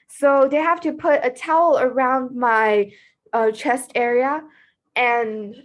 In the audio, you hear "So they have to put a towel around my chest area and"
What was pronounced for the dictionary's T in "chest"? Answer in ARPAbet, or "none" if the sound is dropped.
T